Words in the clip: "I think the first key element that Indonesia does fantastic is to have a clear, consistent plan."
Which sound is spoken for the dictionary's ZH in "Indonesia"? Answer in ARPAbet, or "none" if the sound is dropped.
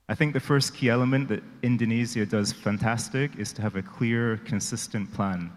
Z